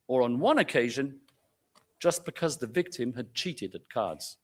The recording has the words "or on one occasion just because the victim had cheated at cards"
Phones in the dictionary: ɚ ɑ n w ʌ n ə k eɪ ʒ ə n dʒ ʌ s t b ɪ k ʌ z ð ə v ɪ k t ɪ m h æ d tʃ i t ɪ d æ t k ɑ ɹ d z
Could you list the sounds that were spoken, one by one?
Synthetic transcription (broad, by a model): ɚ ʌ n w ʌ n ə k eɪ ʒ ə n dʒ ʌ s b ɪ k ʌ z ð ə v ɪ k t ɪ m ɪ d tʃ i t ɪ d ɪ t k ɑ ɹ d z